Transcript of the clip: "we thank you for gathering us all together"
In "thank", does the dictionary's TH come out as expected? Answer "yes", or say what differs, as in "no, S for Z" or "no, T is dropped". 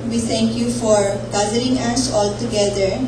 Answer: no, T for TH